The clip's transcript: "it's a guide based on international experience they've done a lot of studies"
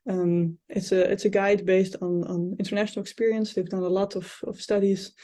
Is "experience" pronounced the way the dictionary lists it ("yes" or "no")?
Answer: yes